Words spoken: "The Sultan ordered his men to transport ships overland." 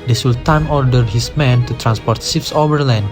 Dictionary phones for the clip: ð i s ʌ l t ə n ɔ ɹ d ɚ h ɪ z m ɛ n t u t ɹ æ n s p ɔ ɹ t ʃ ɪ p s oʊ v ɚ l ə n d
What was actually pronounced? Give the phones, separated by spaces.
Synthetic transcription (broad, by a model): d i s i l t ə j ɔ ɹ d ɚ h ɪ s m ɛ n t u t ɹ æ n s p ɔ ɹ t s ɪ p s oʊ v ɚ l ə n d